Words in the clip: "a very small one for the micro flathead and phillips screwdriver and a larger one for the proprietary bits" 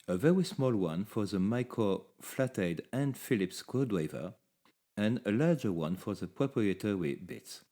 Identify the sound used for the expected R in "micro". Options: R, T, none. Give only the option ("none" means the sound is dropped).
none